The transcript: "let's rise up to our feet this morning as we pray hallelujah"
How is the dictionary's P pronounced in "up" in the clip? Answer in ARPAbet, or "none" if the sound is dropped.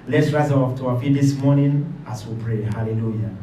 F